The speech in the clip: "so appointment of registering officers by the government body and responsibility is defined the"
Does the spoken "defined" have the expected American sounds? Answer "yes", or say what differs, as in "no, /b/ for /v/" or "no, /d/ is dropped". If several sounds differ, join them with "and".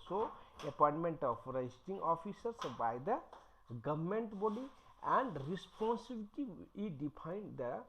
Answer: no, /p/ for /f/